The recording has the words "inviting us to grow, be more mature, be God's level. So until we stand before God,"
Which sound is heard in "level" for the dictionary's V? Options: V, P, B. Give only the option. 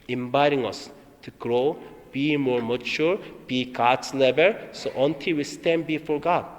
B